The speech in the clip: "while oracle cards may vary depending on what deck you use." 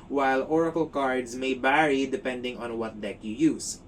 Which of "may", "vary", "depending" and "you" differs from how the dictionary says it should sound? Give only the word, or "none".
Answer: vary